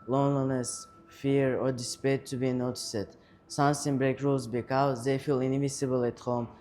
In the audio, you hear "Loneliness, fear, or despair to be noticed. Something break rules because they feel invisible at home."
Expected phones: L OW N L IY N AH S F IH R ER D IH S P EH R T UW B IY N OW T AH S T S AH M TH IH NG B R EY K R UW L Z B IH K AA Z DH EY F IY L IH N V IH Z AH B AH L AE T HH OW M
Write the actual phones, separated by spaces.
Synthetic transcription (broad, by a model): L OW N L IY N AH S F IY R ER D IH S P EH T UW B IY N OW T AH S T S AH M S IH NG B R EY K R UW L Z B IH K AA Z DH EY F IY L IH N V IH S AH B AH L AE T HH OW M